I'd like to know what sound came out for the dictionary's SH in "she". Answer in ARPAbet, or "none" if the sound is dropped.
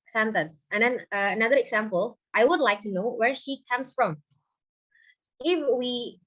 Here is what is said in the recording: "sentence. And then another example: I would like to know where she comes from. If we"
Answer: SH